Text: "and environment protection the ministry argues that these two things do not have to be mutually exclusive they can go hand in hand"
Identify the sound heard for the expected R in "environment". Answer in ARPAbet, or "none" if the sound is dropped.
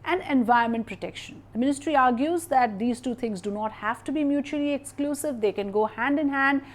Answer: none